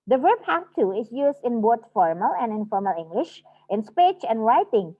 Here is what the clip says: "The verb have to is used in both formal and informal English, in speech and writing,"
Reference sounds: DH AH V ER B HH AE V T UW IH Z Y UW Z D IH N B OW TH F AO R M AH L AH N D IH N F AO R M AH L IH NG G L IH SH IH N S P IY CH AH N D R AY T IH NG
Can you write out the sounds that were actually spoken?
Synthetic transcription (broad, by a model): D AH V ER B HH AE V T UW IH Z Y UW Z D IH N B OW T F AO R M AH L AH N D IH N F AO R M AH L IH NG G L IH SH IH N S P IY CH AH N D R AY T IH NG